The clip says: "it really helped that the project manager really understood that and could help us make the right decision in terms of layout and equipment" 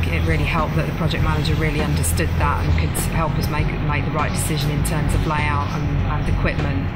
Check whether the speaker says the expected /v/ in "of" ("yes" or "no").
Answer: yes